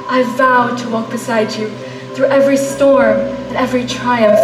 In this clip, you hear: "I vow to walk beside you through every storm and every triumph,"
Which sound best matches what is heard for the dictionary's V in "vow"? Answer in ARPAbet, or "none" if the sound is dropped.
V